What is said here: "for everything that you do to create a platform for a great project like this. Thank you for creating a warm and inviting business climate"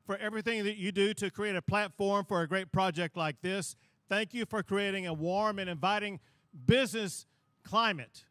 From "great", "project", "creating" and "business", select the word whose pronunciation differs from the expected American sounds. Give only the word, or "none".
none